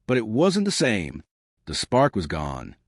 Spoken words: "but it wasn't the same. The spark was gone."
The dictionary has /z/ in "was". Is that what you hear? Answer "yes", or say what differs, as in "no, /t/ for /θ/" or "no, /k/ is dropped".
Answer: yes